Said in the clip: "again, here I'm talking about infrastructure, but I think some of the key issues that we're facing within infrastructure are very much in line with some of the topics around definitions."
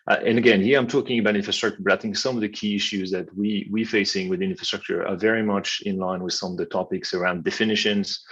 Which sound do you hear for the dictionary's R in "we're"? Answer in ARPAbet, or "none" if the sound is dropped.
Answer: W